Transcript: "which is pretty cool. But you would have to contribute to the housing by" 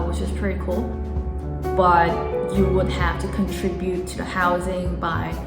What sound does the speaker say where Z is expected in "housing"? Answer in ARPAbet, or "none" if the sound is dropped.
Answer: Z